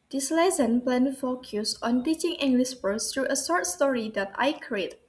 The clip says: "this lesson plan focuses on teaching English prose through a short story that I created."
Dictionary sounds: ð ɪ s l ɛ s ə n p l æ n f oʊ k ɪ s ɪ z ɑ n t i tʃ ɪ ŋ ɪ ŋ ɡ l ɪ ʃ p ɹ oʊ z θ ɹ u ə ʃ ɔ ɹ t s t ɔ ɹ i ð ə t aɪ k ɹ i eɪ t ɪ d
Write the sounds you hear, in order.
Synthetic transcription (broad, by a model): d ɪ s l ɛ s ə n p l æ n f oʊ k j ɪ s ɑ n t i tʃ ɪ ŋ ɪ ŋ ɡ l ɪ ʃ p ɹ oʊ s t ɹ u ə s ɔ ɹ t s t ɔ ɹ i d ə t aɪ k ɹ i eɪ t